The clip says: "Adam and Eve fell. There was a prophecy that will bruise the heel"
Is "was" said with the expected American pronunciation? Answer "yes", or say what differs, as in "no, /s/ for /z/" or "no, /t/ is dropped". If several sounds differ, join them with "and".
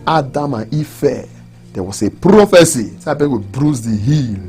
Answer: no, /s/ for /z/